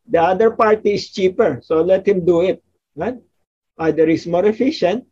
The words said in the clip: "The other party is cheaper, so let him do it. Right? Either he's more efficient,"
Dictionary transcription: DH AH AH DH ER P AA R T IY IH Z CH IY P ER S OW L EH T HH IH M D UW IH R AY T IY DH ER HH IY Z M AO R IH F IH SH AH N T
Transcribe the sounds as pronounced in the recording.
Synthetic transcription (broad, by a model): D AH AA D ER P AA R T IY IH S CH IY P ER S OW L EH T HH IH M D UW IH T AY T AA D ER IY S M AO R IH F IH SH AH N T